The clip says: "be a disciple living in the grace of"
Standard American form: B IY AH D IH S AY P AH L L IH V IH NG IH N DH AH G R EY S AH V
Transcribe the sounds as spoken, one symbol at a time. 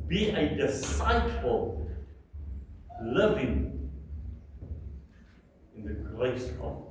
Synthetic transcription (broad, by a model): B IY AH D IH S AY F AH L L IH V IH NG IH N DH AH G R EY S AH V